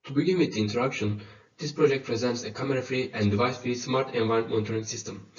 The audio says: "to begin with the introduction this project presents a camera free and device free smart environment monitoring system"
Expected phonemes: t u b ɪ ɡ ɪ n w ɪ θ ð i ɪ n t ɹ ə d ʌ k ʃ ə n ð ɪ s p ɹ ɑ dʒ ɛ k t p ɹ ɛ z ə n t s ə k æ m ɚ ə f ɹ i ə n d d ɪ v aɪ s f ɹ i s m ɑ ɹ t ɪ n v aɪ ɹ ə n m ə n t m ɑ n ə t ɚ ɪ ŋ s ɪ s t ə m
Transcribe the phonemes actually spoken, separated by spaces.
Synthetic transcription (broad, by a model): t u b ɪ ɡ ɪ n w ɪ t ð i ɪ n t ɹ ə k ʃ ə n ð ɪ s p ɹ ɑ dʒ ɛ k t p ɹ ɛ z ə n t s ə k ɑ m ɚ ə f ɹ i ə n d d ɪ v aɪ s f ɹ i s m ɑ ɹ t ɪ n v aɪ ə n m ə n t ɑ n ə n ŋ s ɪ s t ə m